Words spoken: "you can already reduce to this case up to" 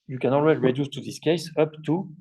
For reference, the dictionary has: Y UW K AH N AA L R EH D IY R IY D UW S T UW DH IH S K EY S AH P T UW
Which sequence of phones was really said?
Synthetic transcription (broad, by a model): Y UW K AH N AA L W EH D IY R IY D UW S T UW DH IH S K EY S AH P T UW